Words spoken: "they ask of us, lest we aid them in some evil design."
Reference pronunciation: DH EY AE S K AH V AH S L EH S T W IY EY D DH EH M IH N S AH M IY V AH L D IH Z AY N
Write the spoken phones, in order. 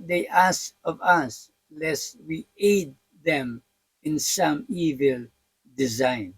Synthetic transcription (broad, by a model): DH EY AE S AH V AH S L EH S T W IY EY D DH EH M IH N S AH M IY V AH L D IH Z AY N